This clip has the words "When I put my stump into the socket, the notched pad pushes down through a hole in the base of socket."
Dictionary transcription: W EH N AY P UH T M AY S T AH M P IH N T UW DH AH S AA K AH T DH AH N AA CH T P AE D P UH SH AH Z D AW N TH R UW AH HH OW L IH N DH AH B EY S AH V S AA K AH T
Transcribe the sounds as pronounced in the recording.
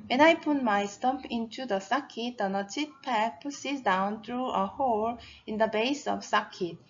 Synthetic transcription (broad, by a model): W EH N AY P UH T M AY S T AH M P IH N T UW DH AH S AA K AH T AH N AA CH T P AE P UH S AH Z D AW N T R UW AH HH OW L IH N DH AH B EY S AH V S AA K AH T